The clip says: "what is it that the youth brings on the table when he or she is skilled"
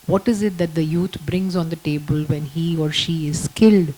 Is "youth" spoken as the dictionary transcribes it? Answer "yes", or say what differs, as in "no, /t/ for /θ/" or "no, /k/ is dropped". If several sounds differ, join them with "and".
no, /t/ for /θ/